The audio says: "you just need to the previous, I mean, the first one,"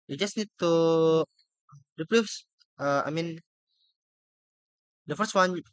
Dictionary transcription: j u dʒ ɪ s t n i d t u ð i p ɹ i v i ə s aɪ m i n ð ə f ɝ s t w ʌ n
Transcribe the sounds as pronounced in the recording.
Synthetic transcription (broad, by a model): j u dʒ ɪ s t n i d t u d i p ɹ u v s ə aɪ m i n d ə f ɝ s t w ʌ n